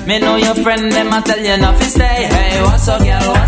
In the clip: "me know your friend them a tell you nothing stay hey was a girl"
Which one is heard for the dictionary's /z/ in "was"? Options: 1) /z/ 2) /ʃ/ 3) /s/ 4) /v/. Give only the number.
3